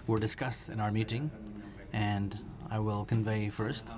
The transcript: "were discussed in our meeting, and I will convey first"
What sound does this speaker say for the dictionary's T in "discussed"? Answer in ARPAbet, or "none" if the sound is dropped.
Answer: T